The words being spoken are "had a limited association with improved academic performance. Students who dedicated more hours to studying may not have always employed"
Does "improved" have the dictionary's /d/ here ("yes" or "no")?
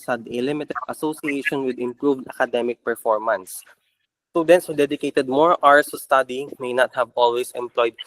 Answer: yes